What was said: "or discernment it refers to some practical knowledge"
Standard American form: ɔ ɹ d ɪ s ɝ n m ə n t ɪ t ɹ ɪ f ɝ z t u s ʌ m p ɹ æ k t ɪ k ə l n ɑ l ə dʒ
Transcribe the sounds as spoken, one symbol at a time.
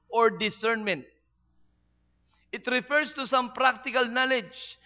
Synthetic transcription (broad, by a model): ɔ ɹ d ɪ s ɝ n m ə n t ɪ t ɹ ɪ f ɝ s t u s ʌ m p ɹ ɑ k t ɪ k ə l n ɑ l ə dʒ